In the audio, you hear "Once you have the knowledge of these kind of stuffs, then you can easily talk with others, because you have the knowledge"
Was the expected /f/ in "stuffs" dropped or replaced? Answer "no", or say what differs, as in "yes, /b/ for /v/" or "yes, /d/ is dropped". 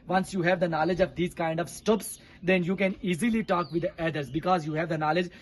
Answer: yes, /p/ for /f/